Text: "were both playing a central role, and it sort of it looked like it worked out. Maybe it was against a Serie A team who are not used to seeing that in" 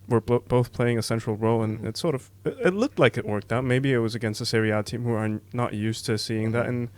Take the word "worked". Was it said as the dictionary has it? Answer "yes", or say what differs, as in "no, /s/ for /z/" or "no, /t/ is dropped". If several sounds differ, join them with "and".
yes